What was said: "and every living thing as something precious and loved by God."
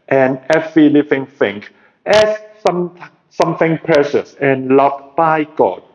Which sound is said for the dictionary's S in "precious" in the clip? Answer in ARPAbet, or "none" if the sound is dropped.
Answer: S